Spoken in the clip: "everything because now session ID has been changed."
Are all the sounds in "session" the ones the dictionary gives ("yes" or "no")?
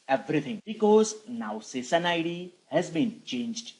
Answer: no